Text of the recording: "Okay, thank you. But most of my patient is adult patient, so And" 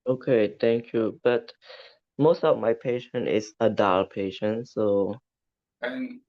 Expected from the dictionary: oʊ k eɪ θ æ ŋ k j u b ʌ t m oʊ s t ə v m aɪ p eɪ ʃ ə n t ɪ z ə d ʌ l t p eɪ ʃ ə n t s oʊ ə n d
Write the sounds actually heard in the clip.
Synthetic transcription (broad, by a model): oʊ k eɪ t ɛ ŋ k j u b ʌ t m oʊ s t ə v m aɪ p eɪ ʃ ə n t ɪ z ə d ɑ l p eɪ ʃ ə n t s oʊ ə